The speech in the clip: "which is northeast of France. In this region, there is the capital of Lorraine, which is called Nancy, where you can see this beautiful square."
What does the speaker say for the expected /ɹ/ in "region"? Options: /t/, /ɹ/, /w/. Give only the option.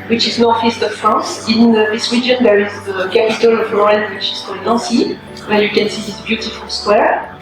/w/